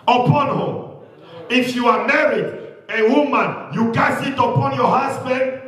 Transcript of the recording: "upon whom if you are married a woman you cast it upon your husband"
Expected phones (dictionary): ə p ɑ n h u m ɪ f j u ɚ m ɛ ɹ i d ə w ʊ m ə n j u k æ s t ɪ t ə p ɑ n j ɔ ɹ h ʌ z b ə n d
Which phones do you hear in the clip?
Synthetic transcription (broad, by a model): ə p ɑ n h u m ɪ f j u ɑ m ɛ ɹ i d ə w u m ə n j u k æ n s ɪ t ə p ɑ n j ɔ h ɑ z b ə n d